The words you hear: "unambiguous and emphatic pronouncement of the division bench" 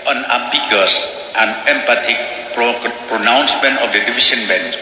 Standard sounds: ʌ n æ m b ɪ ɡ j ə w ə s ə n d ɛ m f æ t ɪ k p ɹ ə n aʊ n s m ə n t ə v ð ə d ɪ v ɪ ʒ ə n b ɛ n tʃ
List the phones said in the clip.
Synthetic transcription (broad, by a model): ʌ n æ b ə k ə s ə n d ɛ m p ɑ t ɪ k p ɹ ə n aʊ n s m ə n t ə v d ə d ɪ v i s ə n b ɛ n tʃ